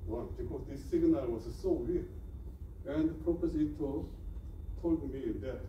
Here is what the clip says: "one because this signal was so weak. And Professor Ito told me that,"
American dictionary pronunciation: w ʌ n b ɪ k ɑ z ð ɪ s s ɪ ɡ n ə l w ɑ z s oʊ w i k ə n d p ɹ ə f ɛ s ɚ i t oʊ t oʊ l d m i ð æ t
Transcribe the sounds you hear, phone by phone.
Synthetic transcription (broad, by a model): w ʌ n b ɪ k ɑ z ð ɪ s s ɪ ɡ n ə l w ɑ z s oʊ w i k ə n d p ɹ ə p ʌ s i t oʊ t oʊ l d m i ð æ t